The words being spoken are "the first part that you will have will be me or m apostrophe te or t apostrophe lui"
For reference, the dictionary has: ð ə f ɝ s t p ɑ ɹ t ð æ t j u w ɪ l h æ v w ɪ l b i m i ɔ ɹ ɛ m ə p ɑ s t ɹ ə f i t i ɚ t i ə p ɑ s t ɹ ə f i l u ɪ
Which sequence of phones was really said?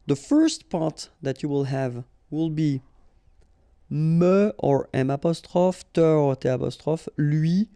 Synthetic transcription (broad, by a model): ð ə f ɝ s t p ɑ ɹ t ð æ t j u w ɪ l h æ v w ɪ l b i m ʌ ɔ ɹ ɛ m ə p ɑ s t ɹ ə f t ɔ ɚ t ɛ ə p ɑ s t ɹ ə f l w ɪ